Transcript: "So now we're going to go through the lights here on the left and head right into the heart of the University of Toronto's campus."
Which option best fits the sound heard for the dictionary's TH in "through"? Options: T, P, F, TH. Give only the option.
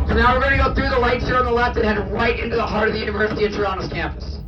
TH